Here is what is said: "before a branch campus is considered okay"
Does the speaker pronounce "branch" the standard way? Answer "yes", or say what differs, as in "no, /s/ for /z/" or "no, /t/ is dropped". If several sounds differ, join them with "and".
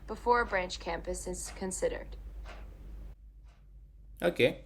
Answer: yes